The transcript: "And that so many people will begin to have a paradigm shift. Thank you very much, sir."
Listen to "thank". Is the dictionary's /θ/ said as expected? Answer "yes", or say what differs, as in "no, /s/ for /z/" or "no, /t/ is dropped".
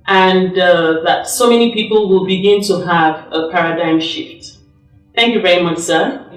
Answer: yes